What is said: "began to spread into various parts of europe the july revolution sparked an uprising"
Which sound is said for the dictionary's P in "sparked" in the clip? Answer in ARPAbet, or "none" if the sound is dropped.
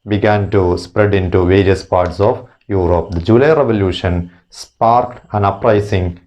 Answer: P